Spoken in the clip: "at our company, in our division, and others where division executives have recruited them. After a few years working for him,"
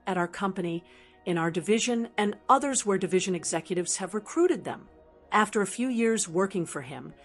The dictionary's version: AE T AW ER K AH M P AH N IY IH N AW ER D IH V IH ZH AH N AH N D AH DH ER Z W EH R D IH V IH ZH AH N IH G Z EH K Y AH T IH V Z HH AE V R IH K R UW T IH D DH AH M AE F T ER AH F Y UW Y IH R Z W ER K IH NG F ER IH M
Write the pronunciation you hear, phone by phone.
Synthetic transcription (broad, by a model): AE T AW ER K AH M P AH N IY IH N AW ER D IH V IH ZH AH N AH N AH DH ER Z W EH R D IH V IH ZH AH N IH G Z EH K Y AH T IH V Z HH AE V R IH K R UW T IH D DH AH M AE F T ER AH F Y UW Y IH R Z W ER K IH NG F ER IH M